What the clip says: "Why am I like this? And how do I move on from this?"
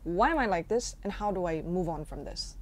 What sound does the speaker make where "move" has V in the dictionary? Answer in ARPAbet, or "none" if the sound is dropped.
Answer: V